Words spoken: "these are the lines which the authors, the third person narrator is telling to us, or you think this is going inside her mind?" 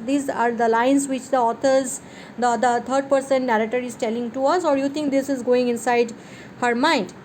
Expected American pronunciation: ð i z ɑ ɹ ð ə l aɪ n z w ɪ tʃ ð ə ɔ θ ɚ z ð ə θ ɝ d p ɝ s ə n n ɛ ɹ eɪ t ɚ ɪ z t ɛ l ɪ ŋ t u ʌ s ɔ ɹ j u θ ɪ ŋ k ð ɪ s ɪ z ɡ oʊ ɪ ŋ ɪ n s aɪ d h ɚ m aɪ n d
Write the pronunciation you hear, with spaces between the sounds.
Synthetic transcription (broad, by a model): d i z ɑ ɹ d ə l aɪ n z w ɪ tʃ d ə ɔ t ɚ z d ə t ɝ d p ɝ s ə n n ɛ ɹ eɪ t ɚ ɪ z t ɛ l ɪ ŋ t u ʌ s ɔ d j u t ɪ ŋ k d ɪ s ɪ z ɡ oʊ ɪ ŋ ɪ n s aɪ d h ɚ m aɪ n d